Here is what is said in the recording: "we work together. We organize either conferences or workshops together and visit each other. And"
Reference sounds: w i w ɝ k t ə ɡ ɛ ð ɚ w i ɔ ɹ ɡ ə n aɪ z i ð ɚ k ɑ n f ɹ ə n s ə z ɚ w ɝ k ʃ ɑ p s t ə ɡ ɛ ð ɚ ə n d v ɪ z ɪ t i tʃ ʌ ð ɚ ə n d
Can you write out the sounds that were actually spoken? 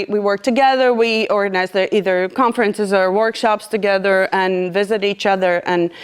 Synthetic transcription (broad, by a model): w i w ɝ k t ə ɡ ɛ ð ɚ w i ɔ ɹ ɡ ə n aɪ z i ð ɚ k ɑ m f ɹ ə n s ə z ɚ w ɝ k ʃ ɑ p s t ə ɡ ɛ ð ɚ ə n v ɪ z ɪ t i tʃ ʌ ð ɚ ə n